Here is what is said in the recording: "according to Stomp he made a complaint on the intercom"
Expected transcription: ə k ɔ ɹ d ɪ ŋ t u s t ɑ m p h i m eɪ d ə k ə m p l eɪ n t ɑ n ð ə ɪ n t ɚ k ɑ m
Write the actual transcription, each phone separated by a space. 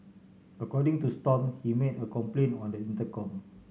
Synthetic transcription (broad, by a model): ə k ɔ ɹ d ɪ ŋ t u s t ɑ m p h i m eɪ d ə k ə m p l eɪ n ɑ n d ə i n t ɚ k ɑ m